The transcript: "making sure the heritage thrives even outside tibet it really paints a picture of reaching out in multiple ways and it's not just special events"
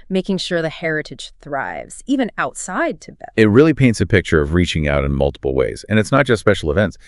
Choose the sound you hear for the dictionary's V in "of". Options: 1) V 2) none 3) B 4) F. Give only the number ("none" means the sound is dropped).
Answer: 1